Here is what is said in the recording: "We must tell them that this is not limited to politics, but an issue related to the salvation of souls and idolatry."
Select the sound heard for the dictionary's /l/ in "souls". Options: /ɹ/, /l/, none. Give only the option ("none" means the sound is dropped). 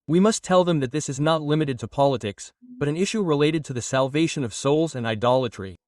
/l/